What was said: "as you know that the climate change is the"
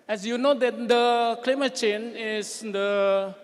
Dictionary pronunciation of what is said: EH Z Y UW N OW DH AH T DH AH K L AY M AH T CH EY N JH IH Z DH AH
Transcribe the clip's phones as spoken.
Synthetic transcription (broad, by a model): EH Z Y UW N OW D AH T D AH K L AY M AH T CH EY N IH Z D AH